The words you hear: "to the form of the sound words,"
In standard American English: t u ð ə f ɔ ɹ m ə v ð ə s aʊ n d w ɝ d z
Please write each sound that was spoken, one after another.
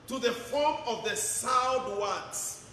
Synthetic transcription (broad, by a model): t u ð ə f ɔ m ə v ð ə s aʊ d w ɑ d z